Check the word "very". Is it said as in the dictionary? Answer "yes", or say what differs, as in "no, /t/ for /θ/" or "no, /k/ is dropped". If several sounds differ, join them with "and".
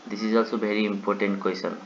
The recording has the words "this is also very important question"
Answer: no, /b/ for /v/